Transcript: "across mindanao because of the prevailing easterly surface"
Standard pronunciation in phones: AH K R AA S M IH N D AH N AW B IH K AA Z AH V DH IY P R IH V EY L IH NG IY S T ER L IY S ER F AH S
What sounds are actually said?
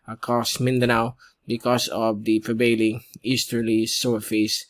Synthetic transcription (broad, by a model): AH K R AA S M IH N D AH N AW B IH K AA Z AH V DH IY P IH B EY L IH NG IY S T ER L IY S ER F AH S